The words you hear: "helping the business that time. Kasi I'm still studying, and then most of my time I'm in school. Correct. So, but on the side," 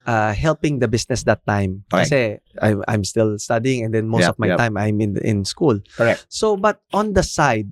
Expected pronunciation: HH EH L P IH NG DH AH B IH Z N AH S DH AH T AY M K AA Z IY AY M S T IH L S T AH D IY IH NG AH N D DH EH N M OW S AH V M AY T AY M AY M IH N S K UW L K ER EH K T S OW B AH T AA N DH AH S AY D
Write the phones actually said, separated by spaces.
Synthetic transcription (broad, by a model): HH EH L P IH NG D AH B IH S N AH S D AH T AY M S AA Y AY M S T IH L S T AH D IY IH NG AH N D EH N M OW S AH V M AY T AY M AY M IH N S K UW L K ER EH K S OW B AH T AA N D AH S AY D